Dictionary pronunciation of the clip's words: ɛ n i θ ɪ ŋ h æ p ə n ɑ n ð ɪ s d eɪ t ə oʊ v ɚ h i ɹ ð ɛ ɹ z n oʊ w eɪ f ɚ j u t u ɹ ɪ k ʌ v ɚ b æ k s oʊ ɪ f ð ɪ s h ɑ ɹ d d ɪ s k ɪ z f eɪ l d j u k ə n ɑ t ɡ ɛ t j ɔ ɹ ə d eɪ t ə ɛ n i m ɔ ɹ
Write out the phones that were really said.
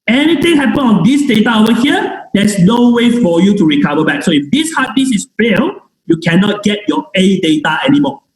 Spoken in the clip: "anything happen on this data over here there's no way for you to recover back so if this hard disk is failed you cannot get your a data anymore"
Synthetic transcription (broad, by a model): ɛ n i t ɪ ŋ h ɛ p ə n ɑ n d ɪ s d eɪ t ə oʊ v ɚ h i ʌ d ɛ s n oʊ w eɪ f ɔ j u t u ɹ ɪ k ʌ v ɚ b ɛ k s oʊ ɪ f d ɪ s h ɑ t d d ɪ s ɪ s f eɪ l j u k ə n ɑ t ɡ ɛ t j ɔ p ə d eɪ t ə ɛ n i m ɔ